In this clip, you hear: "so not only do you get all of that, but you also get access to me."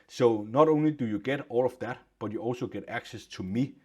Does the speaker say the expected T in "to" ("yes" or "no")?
yes